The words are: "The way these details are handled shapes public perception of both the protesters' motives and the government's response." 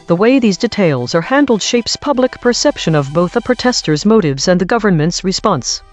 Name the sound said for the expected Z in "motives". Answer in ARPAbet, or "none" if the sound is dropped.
Z